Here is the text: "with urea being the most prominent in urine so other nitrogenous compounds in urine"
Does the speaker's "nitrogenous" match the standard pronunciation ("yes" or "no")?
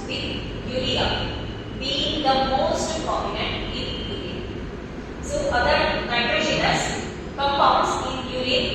no